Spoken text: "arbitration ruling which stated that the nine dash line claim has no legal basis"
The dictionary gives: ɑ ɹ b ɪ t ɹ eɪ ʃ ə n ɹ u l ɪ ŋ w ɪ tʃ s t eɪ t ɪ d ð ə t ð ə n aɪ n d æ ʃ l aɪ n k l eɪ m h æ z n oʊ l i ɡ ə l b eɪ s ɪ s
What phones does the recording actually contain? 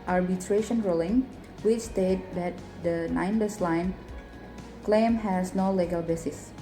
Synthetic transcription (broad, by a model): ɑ ɹ b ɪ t ɹ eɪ ʃ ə n ɹ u l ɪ ŋ w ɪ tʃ s t eɪ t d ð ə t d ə n aɪ n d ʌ s l aɪ n k l eɪ m h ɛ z n oʊ l i ɡ ə l b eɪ s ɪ s